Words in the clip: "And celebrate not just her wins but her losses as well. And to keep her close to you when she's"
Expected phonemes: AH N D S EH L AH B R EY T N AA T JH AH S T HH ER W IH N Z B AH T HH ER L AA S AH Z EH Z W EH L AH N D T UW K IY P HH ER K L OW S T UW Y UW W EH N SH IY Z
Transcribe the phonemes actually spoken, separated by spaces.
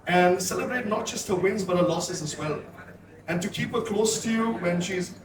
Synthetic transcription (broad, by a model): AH N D S EH L AH B R EY T N AA T JH AH S T HH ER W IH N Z B AH T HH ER L AA S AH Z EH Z W EH L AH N T UW K IY P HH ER K L OW S T UW Y UW W EH N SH IY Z